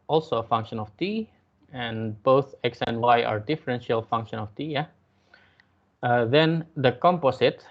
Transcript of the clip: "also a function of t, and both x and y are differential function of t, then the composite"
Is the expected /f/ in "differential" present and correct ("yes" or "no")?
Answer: yes